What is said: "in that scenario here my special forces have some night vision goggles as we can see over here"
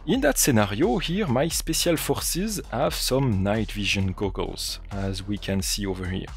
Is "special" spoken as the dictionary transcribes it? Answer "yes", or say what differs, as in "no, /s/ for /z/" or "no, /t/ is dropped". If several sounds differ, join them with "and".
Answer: no, /s/ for /ʃ/